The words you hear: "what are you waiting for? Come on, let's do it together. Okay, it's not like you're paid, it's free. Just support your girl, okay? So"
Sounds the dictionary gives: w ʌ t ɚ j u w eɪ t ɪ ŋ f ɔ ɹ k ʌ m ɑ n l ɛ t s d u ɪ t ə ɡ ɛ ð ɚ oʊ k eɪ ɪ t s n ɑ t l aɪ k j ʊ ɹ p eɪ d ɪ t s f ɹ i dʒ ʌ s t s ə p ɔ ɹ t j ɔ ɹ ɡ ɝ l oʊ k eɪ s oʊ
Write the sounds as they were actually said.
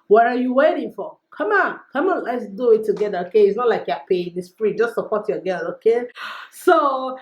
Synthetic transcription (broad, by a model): w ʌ t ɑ j u w eɪ t ɪ ŋ f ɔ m k ʌ m ɑ n l ɛ t s d u ɪ t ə ɡ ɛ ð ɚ oʊ k eɪ ɪ t s n ɑ t l aɪ k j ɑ p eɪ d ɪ s p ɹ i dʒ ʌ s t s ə p ɔ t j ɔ ɡ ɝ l oʊ k eɪ s oʊ